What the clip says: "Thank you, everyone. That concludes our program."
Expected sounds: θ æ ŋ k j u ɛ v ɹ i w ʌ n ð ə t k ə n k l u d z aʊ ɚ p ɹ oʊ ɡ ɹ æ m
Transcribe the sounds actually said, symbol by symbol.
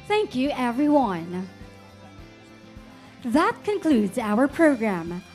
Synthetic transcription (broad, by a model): θ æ ŋ k j u ɛ v ɹ i w ʌ n ð ə t k ə n k l u d z aʊ ɚ p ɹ oʊ ɡ ɹ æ m